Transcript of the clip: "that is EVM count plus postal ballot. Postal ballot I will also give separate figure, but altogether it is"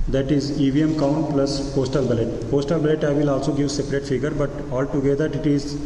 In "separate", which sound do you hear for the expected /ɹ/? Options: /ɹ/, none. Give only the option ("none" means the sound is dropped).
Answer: /ɹ/